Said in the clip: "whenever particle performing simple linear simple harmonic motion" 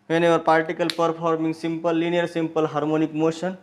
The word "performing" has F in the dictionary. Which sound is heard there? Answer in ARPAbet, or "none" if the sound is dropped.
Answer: P